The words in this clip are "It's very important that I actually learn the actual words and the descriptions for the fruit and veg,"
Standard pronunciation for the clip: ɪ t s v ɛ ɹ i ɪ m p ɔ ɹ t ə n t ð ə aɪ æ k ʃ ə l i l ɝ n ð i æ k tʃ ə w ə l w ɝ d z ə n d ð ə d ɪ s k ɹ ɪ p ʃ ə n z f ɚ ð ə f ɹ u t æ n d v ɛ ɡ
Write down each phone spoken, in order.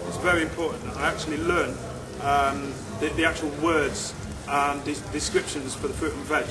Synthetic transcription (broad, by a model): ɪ t s v ɛ ɹ i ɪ m p ɔ ɹ t n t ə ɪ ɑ k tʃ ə l i l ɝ n ð i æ k tʃ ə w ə l w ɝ d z ə n d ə d ɪ s k ɹ ɪ p ʃ ə n z f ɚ ð ə f ɹ u t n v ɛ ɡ